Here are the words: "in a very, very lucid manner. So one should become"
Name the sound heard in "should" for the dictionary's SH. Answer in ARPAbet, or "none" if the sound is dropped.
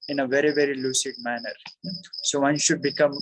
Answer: SH